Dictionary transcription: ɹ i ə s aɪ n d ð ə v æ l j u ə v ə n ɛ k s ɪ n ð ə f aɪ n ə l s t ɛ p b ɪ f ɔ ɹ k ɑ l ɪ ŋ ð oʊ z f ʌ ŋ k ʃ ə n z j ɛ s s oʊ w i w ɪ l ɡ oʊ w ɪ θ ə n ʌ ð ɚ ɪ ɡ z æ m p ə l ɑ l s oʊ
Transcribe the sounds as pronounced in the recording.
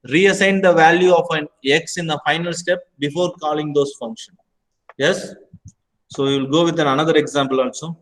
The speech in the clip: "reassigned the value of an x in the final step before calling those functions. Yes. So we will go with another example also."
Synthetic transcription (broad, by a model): ɹ i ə s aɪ n d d ə v æ l j u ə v ə n ɛ k s ɪ n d ə f aɪ n ə l s t ɛ p b ɪ f ɔ ɹ k ɑ l ɪ ŋ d oʊ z f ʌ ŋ k ʃ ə n j ɛ s s oʊ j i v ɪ l ɡ oʊ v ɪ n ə n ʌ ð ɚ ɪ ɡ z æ m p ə l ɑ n s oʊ